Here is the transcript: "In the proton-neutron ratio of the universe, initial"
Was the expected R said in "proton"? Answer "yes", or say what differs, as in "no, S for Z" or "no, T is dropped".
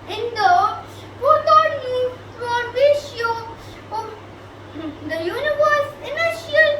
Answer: no, R is dropped